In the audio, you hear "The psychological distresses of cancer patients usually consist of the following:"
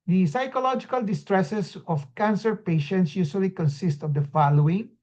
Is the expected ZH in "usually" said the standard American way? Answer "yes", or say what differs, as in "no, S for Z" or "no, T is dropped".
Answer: no, S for ZH